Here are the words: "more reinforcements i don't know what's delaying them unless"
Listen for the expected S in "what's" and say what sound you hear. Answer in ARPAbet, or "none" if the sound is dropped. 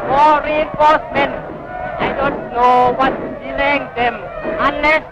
none